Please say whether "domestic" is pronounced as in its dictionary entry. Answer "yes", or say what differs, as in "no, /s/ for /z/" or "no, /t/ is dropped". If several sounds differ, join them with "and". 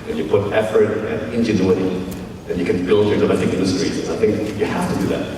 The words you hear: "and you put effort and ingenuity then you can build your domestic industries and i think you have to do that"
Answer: no, /s/ is dropped